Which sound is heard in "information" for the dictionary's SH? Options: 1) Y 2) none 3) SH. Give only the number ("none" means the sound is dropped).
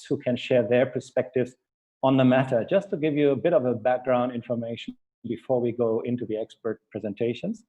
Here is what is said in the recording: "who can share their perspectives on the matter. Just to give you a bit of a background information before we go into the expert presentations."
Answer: 2